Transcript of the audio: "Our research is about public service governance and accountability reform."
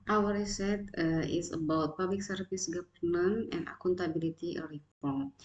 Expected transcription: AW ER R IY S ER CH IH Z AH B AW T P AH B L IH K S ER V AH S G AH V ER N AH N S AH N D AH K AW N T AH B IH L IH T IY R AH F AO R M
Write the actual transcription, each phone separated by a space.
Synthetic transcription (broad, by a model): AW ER R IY S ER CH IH S AH B AW T P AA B L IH K S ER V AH S G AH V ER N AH N AH N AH K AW N T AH B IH L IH T IY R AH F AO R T